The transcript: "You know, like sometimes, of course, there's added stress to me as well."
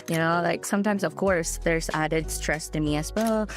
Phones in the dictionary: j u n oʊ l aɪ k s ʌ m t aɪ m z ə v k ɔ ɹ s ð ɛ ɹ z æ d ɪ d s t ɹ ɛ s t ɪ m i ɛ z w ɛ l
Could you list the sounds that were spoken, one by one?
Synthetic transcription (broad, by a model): j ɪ n oʊ l aɪ k s ʌ m t aɪ m z ə v k ɔ ɹ s ð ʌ ɹ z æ d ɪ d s t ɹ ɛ s t ɪ m i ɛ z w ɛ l